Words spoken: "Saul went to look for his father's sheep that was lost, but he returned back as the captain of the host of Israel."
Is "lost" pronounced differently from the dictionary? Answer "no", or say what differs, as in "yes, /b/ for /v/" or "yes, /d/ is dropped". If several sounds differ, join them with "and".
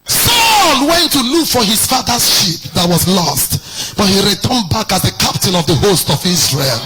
no